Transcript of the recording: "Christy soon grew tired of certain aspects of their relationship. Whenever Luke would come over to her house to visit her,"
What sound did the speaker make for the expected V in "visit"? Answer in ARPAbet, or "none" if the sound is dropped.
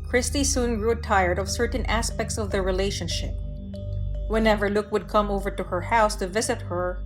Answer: V